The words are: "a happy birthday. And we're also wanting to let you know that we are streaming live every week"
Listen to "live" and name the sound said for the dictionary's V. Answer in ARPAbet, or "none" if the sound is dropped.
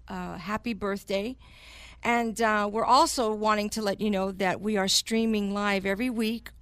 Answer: V